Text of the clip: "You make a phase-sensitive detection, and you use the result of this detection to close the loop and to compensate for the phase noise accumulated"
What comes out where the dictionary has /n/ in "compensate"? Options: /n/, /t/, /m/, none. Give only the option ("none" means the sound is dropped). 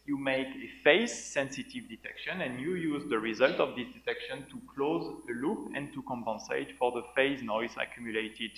/n/